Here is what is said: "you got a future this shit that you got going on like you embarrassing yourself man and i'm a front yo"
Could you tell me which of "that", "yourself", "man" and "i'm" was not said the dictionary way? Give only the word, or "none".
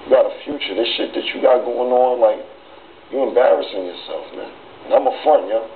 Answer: none